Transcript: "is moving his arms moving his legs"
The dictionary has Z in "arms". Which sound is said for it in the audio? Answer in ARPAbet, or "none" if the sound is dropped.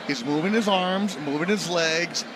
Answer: Z